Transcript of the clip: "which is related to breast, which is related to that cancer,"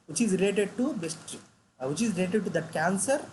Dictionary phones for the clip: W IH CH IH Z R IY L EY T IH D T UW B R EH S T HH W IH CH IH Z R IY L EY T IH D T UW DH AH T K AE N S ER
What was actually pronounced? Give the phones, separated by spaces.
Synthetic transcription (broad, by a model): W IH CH IH Z R IY L EY T IH D T UW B EH S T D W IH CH IH Z R IY L EY T IH D T UW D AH T K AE N S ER